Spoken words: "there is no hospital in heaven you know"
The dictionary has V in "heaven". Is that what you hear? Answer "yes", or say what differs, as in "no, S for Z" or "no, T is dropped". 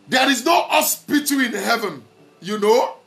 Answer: yes